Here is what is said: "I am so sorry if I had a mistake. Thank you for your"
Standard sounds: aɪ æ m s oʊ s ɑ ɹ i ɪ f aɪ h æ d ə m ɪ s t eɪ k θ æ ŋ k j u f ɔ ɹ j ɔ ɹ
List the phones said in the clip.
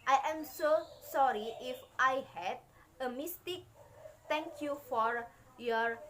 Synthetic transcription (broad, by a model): aɪ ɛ m s oʊ s ɑ ɹ i ɪ f aɪ h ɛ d ə m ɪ s t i k t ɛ ŋ k j u f ɔ ɹ j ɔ ɹ